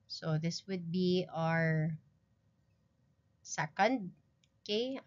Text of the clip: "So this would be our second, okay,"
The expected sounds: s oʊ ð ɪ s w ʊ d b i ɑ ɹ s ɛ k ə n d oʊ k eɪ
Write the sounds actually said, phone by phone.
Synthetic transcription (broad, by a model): s oʊ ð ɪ s w ʊ d b i ɑ ɹ s ɛ k ə n d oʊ k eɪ